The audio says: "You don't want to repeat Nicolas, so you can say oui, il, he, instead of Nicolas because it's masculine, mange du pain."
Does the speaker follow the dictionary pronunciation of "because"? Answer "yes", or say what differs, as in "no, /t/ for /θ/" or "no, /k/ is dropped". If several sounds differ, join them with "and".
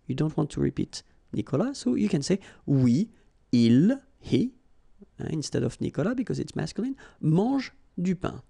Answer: yes